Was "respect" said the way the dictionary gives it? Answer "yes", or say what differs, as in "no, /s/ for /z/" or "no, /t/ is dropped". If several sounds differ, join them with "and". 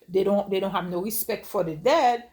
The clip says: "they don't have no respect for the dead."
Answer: yes